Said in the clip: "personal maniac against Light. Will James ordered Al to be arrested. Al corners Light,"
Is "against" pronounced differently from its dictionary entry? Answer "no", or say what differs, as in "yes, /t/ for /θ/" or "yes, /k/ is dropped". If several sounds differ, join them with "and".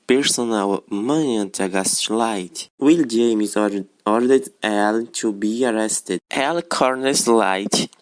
yes, /n/ is dropped